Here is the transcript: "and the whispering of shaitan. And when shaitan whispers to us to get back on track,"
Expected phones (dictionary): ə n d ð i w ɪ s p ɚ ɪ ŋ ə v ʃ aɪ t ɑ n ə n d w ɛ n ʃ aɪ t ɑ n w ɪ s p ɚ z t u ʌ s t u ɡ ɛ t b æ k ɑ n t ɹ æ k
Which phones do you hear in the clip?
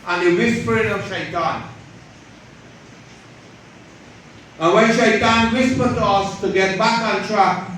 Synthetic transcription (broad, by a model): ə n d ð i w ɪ s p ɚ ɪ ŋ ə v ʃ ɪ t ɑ n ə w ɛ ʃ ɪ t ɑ n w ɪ s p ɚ t u ʌ s t u ɡ ɛ t b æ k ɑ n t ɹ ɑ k